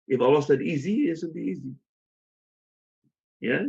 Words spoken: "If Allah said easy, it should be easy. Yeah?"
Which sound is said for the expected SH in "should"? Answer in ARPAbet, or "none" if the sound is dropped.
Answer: S